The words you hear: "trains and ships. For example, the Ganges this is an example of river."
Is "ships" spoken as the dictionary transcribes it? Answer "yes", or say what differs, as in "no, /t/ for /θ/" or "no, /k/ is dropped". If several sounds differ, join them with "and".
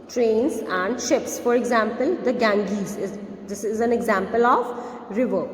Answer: yes